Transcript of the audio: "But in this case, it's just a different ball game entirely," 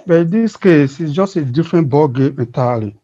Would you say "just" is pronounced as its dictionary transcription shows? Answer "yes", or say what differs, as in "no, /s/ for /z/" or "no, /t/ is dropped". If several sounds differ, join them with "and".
yes